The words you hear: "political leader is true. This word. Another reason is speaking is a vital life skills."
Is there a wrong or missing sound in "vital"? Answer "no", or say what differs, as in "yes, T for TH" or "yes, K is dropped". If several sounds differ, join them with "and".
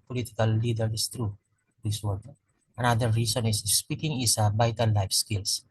yes, B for V and N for L